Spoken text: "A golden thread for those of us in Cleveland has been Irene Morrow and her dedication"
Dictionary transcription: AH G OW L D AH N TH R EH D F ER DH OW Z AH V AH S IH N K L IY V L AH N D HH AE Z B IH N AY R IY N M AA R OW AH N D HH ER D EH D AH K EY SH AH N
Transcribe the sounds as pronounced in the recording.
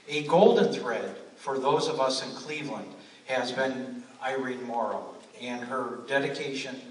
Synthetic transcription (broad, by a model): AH G OW L D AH N TH R EH D F ER DH OW Z AH V AH S IH N K L IY V L AH N D HH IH Z B IH N AY R IY N M AA R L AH N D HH ER D EH D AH K EY SH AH N